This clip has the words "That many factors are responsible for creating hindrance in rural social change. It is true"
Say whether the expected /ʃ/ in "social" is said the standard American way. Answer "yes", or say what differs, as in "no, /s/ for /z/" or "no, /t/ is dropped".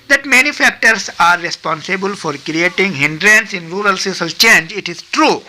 no, /s/ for /ʃ/